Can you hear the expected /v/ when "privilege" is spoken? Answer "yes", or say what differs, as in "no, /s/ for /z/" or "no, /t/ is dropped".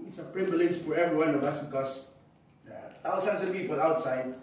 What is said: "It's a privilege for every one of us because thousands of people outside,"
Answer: no, /b/ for /v/